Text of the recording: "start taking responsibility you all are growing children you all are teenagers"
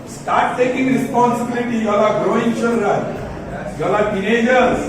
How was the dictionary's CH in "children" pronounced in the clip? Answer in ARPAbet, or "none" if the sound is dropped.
SH